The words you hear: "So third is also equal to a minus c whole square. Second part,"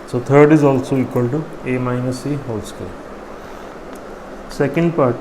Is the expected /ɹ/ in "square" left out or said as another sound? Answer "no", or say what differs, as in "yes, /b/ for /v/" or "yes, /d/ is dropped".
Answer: yes, /l/ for /ɹ/